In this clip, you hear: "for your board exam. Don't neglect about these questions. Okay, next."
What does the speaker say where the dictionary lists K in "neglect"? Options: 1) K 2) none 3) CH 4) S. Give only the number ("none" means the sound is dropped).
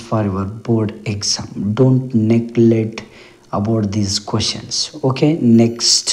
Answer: 2